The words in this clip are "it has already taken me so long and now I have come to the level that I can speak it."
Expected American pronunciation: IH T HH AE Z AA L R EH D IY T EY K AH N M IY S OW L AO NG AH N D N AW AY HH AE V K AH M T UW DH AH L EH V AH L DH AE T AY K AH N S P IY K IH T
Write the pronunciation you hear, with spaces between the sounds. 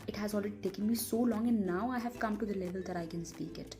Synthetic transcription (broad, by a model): IH T HH AE Z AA L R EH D IY T EY K AH N M IY S OW L AO NG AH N N AW AY HH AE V K AH M T UW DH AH L EH V AH L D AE T AY K AH N S P IY K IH T